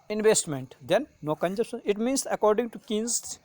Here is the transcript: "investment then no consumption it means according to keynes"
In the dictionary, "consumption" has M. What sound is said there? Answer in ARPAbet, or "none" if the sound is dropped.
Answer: none